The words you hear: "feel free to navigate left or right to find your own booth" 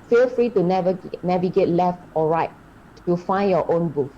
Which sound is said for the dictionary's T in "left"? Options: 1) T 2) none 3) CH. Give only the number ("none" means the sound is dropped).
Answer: 1